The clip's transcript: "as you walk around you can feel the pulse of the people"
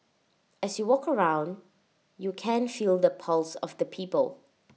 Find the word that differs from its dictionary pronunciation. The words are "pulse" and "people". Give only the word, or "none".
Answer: none